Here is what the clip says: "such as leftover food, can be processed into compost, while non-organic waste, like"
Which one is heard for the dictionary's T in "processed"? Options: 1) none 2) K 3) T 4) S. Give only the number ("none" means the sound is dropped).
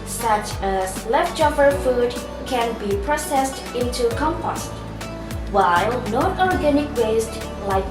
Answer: 3